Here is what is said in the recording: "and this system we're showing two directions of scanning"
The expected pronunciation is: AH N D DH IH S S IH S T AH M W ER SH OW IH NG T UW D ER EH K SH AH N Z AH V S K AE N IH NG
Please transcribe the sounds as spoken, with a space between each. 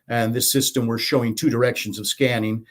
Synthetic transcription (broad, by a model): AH N DH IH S S IH S T AH M W ER SH OW IH NG T UW D ER EH K SH AH N Z AH V S K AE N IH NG